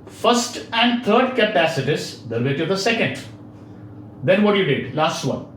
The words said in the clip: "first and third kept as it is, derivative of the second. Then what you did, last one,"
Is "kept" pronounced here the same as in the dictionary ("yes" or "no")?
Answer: no